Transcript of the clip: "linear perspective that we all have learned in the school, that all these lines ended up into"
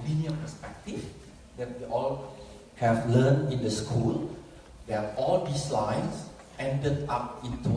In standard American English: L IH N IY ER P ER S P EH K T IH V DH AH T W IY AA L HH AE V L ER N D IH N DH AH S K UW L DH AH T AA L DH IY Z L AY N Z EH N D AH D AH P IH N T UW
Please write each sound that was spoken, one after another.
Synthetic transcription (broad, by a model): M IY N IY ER P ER S P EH K T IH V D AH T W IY AA L HH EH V L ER N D IH N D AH S K UW L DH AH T AA L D IY S L AY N S EH N D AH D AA P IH N T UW